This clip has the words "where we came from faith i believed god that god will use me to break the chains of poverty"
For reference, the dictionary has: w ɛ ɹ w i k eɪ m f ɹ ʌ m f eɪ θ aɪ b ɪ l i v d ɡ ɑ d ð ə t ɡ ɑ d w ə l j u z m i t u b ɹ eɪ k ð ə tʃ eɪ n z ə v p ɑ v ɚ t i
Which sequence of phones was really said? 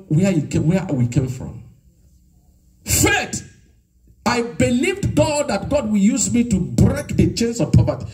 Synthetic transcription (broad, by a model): w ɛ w w i k eɪ m f ɹ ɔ m f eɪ t aɪ b ɪ l i v d ɡ ɑ d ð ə t ɡ ɑ d w ə l j u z m i t u b ɹ eɪ k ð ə tʃ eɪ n s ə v p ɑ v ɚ t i